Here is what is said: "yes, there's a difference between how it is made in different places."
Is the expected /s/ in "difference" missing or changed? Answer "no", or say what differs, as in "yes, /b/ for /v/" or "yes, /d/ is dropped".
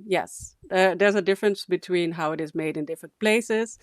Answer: no